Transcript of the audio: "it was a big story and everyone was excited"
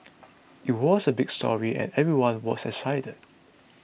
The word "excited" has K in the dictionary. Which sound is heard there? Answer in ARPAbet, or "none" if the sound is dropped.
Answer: none